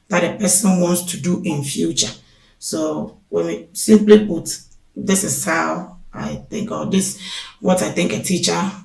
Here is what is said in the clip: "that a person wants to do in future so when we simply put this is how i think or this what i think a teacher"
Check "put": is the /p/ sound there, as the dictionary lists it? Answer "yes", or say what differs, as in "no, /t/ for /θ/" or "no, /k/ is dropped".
no, /b/ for /p/